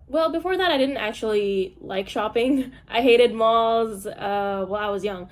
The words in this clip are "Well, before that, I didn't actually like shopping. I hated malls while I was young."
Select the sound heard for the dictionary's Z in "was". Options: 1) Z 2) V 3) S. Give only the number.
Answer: 1